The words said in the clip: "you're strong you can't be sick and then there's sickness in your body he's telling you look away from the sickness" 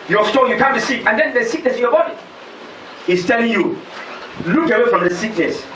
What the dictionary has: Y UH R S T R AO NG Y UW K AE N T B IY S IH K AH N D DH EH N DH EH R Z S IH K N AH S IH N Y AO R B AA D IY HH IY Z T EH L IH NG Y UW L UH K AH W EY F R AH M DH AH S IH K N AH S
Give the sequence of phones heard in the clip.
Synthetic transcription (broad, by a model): Y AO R S T AO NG Y UW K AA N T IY S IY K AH N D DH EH N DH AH S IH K N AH S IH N Y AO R B AA D IY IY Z T EH L IH NG Y UW L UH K AH W EY F R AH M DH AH S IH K N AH S